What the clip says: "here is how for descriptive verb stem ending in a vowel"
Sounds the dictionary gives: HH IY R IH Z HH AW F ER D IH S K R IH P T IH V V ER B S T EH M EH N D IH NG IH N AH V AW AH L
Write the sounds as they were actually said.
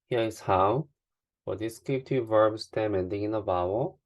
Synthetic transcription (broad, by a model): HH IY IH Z HH AW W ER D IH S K IH T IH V V ER B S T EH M EH N D IH NG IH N AH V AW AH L